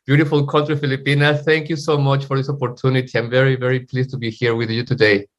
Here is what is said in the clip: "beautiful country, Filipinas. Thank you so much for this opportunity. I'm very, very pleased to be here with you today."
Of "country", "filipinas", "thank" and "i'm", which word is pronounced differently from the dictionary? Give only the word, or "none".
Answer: filipinas